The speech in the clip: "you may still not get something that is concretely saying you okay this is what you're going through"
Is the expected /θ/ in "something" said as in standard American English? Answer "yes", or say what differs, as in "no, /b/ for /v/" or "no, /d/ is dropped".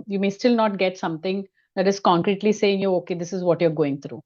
no, /t/ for /θ/